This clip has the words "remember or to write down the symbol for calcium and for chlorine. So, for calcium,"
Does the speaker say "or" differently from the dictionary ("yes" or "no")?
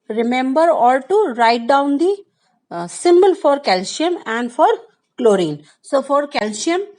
yes